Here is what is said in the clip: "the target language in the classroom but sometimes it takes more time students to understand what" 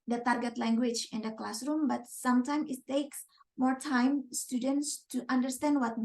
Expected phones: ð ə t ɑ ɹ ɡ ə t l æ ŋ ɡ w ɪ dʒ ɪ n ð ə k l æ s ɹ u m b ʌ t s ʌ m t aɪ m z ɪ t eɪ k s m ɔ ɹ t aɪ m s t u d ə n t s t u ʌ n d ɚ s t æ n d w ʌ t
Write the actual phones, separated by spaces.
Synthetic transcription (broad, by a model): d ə t ɑ ɹ ɡ ə t l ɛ ŋ ɡ w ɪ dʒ ɪ n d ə k l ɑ s ɹ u m b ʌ t s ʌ m t aɪ m ɪ t eɪ k s m ɔ ɹ t aɪ m s t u d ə n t s t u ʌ n d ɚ s t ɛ n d w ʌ t